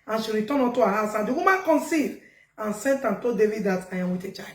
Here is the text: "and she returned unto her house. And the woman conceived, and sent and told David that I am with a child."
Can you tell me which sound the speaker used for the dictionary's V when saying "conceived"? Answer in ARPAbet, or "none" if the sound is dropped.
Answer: none